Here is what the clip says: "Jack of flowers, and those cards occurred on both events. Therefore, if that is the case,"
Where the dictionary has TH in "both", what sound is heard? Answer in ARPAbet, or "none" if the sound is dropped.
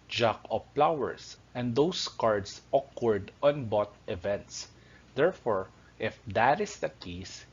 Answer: T